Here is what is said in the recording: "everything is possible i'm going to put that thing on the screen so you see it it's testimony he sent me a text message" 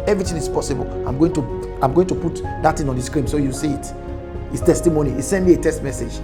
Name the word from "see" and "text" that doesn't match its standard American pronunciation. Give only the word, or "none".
text